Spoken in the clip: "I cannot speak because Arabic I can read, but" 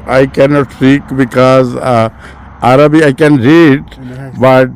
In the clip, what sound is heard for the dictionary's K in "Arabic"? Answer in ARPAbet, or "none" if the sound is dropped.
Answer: none